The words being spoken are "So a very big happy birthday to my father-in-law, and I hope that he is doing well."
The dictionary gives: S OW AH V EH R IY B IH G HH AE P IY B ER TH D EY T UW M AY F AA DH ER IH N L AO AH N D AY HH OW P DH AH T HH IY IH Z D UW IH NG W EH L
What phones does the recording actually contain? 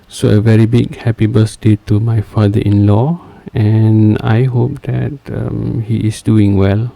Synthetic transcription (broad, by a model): S OW AH V EH R IY B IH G HH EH P IY B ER S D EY T UW M AY F AA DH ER IH N L AO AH N AY HH OW P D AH T HH IY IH S D UW IH NG W EH L